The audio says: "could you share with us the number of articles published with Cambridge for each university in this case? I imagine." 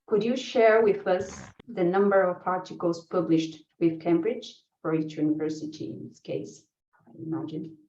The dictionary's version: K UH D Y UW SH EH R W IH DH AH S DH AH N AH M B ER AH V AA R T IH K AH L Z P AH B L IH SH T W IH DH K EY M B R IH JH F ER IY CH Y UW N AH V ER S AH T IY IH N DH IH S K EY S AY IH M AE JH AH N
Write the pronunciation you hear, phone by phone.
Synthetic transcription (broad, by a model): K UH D Y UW SH EH R W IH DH AH S DH AH N AH M B ER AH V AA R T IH K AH L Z P AH B L IH SH T W IH DH K EY M B R IH JH F ER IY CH Y UW N AH V ER S AH T IY IH N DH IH S K EY S AY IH M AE JH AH N